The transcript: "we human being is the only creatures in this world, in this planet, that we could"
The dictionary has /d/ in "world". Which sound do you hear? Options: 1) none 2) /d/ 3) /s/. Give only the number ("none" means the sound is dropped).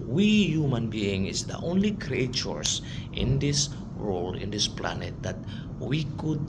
1